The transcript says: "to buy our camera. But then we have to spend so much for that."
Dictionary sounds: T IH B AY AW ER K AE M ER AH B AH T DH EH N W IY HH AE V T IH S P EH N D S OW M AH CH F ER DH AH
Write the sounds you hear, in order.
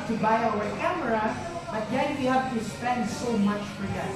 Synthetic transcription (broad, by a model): T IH B AY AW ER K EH M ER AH B AH T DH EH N W IY HH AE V T IH S P EH N D S OW M AH CH F ER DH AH